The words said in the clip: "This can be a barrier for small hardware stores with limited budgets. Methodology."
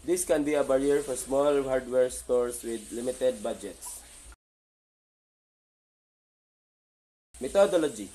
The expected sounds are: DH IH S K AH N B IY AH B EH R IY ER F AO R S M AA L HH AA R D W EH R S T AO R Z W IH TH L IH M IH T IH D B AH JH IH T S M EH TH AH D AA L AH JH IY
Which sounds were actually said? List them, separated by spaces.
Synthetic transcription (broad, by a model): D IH S K AH N B IY AH B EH R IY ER F AO R S M AA L HH AA R D W EH R S T AO R S W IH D L IH M IH T IH D B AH JH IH T S M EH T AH D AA L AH JH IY